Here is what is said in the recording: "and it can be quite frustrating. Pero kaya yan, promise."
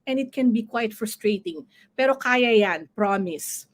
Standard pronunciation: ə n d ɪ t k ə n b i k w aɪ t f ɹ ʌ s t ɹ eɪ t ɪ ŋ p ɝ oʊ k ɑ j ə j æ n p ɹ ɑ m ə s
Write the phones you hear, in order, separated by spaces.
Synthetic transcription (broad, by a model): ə n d ɪ t k ə n b i k w aɪ t f ɹ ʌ s t ɹ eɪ t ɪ ŋ p ɝ oʊ k ɑ j ə j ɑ n p ɹ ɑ m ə s